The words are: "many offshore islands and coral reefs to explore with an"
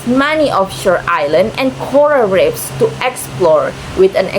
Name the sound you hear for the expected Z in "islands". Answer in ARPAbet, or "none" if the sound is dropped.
none